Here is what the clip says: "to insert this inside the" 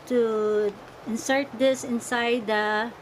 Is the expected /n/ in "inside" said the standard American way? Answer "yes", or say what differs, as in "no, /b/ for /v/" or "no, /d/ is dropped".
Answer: yes